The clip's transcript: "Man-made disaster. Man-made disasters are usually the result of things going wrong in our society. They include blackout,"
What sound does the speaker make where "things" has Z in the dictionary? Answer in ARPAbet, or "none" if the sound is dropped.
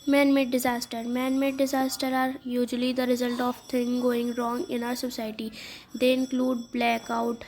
none